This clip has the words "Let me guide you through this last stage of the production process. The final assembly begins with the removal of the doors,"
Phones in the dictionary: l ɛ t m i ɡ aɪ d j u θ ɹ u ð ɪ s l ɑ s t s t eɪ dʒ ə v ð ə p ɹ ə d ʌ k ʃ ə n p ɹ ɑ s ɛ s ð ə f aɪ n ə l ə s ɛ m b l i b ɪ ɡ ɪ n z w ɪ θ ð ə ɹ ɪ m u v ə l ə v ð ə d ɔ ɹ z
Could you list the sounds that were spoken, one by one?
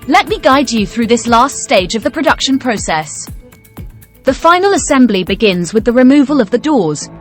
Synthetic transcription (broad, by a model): l ɛ t m i ɡ aɪ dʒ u θ ɹ u ð ɪ s l ɑ s t s t eɪ dʒ ə v ð ə p ɹ ə d ʌ k ʃ ə n p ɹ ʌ s ɛ s ð ə f aɪ n ə l ə s ɛ m b l i b ɪ ɡ ɪ n z w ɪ ð ə ɹ ɪ m u v ə l ə v ð ə d ɔ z